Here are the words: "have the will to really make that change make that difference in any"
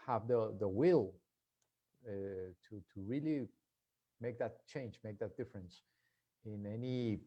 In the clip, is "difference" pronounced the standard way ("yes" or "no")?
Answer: yes